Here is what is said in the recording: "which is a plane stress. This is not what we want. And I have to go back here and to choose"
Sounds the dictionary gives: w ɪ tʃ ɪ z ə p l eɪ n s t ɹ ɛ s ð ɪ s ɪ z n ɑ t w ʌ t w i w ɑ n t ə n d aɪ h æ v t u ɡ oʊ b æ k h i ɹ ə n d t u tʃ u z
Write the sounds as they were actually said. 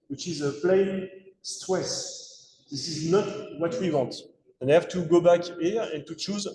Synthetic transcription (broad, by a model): w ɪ tʃ ɪ z ə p l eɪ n s t w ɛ s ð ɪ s ɪ z n ɑ t w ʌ t w i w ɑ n t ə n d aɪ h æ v t u ɡ oʊ b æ k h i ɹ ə n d t u tʃ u z